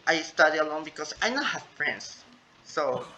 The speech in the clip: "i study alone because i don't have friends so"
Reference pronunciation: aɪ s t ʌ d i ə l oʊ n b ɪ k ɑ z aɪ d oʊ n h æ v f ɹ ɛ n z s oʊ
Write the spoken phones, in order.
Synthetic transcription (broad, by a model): aɪ s t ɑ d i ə l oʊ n b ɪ k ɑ s aɪ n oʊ h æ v f ɹ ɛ n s oʊ